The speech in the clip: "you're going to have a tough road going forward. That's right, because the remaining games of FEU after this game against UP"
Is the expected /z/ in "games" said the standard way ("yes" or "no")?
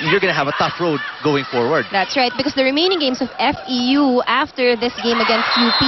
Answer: no